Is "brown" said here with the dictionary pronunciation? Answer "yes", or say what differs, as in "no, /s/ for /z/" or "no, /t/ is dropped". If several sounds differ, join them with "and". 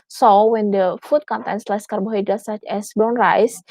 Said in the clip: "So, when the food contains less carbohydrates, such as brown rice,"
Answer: no, /ɹ/ is dropped